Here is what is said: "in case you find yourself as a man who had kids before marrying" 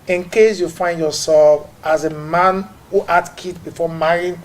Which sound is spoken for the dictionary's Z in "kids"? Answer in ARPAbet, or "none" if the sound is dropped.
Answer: none